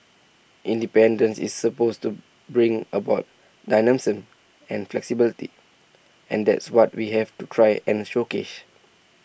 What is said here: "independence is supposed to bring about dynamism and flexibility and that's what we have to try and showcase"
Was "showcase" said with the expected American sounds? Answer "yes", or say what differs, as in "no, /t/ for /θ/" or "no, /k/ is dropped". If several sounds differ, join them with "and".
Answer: no, /ʃ/ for /s/